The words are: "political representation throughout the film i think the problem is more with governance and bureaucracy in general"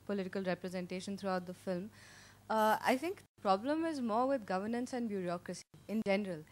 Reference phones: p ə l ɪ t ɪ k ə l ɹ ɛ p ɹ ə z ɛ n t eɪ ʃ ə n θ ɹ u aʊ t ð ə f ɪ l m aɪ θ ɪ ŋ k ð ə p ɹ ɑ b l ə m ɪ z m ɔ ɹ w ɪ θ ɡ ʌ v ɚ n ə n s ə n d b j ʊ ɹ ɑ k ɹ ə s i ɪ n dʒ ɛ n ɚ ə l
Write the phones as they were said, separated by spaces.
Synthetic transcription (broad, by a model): p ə l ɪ t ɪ k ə l ɹ ɛ p ɹ ə z ɛ n t eɪ ʃ ə n t ɹ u aʊ t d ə f ɪ l m aɪ t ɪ ŋ k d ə p ɹ ɑ b l ə m ɪ z m ɔ ɹ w ɪ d ɡ ʌ v ɚ n ə n s ə n d b j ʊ ɹ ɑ k ɹ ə s i ɪ n dʒ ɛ n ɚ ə l